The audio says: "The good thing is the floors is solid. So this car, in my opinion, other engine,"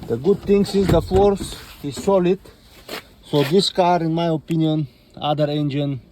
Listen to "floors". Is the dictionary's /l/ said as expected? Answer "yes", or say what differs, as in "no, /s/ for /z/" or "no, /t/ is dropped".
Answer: no, /l/ is dropped